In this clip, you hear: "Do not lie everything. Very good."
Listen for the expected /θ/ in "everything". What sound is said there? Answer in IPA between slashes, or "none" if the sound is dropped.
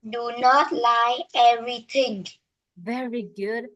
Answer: /t/